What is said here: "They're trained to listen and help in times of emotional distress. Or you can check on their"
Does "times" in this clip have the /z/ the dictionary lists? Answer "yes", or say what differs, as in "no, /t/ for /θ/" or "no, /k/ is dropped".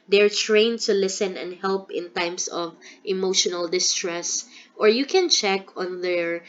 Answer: no, /s/ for /z/